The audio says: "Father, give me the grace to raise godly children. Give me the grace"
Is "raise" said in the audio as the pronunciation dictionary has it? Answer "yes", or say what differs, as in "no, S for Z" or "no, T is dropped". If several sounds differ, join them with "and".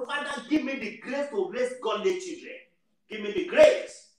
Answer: no, S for Z